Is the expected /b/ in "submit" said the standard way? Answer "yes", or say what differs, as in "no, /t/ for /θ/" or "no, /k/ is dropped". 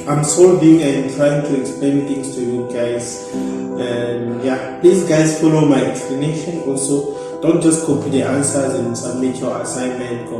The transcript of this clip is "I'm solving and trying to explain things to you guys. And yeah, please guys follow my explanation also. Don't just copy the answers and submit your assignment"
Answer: no, /b/ is dropped